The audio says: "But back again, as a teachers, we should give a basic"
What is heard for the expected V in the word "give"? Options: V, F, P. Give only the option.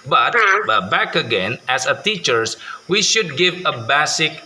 V